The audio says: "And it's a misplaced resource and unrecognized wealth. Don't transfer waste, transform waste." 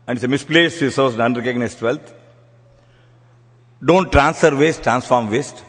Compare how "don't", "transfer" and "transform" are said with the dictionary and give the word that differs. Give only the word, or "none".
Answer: none